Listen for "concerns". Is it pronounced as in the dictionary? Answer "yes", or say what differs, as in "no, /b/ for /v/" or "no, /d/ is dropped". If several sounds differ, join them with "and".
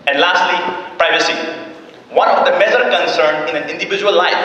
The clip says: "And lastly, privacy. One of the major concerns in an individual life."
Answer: no, /z/ is dropped